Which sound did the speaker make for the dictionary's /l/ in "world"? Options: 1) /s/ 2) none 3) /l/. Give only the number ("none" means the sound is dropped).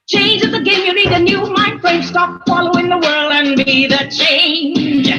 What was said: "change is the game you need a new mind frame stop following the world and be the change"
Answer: 3